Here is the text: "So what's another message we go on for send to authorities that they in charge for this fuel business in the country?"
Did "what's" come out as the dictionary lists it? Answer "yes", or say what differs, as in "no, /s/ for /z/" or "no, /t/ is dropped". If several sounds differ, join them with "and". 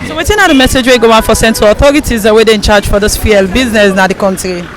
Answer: no, /s/ is dropped